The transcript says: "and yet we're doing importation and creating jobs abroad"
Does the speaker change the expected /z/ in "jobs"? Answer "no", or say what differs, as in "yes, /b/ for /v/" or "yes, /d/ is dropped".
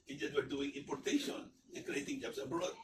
yes, /s/ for /z/